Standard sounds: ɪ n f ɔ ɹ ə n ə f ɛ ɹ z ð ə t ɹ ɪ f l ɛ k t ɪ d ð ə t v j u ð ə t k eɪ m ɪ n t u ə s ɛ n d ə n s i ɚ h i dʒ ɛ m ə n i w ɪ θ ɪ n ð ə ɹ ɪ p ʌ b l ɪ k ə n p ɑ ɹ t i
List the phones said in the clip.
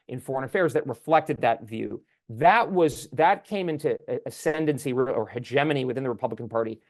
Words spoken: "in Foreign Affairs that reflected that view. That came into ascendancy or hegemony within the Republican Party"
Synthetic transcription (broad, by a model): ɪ n f ɔ ɹ ə n ə f ɛ ɹ z ð ə t ɹ ɪ f l ɛ k t ɪ d ð ə t v j u ð ə t k eɪ m ɪ n t u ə s ɛ n d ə n s i ɚ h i dʒ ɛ m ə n i w ɪ θ ɪ n ð ə ɹ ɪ p ʌ b l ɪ k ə n p ɑ ɹ t i